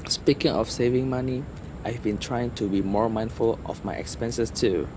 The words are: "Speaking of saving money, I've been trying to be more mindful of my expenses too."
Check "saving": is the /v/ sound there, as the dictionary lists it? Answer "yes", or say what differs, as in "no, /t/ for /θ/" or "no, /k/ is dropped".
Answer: yes